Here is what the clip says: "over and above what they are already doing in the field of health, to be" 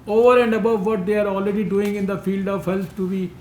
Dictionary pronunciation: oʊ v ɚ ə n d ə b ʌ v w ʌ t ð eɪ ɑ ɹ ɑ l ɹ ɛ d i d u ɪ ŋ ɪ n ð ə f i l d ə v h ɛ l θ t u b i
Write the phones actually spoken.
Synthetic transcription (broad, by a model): oʊ v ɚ ə n d ə b ʌ v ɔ t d eɪ ɑ ɹ ɑ l ɹ ɛ d i d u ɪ ŋ ɪ n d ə f i l d ə v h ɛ l t t u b i